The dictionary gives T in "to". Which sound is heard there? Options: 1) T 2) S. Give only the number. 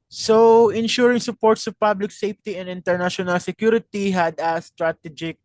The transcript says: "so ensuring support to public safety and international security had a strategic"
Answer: 2